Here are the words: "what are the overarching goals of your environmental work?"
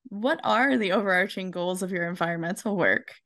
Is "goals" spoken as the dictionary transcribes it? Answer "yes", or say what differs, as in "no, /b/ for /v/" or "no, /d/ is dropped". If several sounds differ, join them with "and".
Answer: yes